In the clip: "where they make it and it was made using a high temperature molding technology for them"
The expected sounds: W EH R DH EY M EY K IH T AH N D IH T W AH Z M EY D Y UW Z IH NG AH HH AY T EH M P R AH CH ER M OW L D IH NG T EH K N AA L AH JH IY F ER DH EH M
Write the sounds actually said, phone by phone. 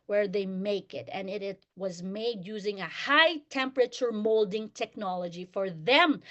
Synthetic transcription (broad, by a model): W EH R DH EY M EY K IH T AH N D IH T W AH Z M EY D Y UW Z IH NG AH HH AY T EH M P R AH CH ER M OW L D IH NG T EH K N AA L AH JH IY F ER DH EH M